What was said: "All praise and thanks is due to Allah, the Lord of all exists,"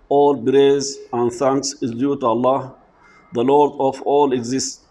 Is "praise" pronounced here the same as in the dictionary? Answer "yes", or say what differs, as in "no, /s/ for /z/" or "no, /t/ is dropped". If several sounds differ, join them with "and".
no, /b/ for /p/